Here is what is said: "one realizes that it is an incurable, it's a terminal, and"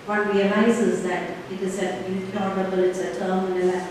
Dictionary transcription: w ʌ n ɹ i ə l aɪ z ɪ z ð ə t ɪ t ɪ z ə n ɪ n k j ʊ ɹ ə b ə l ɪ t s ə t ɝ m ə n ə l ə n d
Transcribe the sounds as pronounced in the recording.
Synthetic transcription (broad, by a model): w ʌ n ɹ i ə l aɪ z ɪ z ð ə t ɪ t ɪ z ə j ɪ k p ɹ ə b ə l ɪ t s ə t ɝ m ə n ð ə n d